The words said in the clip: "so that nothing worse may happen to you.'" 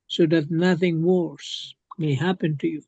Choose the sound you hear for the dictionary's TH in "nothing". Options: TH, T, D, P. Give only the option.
TH